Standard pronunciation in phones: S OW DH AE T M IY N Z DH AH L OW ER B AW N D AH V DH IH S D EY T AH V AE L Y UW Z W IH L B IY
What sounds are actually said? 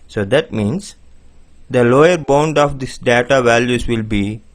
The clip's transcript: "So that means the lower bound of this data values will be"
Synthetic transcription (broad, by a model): S OW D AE T M IY N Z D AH L OW ER B AW N D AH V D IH S D EY T AH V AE L Y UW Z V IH L B IY